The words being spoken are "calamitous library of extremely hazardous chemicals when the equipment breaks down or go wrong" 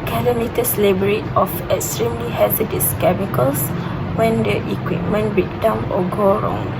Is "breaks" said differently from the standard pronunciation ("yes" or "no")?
yes